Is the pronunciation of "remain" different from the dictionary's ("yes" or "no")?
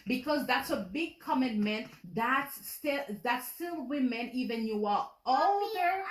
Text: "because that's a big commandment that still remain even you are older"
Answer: yes